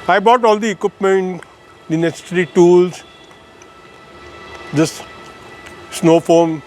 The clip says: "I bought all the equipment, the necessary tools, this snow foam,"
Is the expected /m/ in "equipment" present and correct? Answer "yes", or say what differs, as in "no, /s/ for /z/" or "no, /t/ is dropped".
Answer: yes